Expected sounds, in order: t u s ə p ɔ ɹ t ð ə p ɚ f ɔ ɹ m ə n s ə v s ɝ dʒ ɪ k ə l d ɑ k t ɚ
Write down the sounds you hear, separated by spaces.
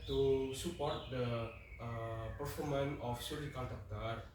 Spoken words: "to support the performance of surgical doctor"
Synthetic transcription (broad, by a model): t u s ə p ɔ ɹ t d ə p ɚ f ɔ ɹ m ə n ə f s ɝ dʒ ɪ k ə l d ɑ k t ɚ